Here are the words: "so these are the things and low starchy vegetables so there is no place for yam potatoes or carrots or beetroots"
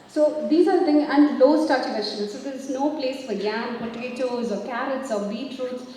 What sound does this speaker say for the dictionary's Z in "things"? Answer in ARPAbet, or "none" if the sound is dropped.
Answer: none